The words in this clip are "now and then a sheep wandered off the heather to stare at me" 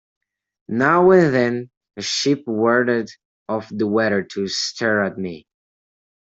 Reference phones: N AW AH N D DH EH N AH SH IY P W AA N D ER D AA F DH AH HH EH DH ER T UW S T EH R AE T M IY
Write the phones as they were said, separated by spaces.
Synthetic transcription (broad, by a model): N AW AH N DH EH N AH SH IY P W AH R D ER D AA F DH AH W EH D ER T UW S T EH R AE T M IY